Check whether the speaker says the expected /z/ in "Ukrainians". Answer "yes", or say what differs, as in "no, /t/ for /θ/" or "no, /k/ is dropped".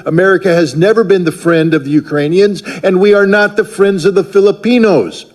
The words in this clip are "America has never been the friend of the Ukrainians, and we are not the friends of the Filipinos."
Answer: yes